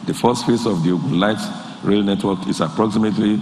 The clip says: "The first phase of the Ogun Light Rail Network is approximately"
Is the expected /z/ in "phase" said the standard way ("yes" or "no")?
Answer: no